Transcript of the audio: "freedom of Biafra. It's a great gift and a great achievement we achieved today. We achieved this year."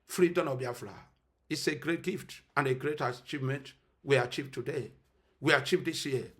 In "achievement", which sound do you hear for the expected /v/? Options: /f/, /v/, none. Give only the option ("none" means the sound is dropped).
/v/